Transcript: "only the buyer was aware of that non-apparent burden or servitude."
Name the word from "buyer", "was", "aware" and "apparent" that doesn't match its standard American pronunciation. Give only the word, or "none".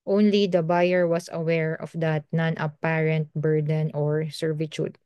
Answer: was